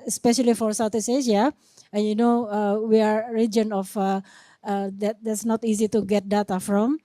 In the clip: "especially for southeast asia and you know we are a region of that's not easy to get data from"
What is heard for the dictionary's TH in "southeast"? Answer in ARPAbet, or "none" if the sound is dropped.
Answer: T